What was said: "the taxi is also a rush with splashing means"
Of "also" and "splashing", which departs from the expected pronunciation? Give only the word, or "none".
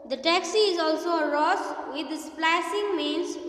splashing